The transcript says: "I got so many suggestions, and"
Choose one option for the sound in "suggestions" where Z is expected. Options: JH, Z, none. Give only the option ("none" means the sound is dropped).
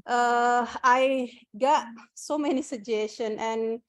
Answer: none